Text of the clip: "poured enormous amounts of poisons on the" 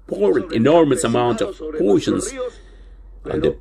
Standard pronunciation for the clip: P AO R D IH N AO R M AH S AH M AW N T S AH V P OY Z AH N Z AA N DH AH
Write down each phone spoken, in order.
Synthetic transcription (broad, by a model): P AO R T IH N AO R M AH S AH M AW N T AH V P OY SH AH N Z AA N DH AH